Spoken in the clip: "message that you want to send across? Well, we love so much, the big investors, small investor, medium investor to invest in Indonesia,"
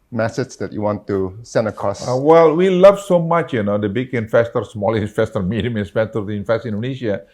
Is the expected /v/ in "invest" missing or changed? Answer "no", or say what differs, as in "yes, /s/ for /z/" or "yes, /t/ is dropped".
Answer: yes, /f/ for /v/